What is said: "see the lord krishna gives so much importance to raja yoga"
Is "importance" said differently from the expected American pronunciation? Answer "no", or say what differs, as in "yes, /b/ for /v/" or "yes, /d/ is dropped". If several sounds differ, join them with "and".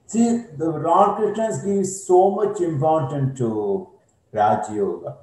yes, /s/ is dropped